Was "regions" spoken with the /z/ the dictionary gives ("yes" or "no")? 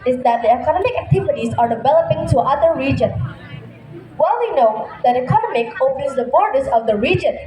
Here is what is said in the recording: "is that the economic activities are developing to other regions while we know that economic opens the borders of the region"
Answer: no